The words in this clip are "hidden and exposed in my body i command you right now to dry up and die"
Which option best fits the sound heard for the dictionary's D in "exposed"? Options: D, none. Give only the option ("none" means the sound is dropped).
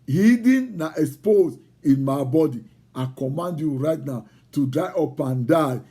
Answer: none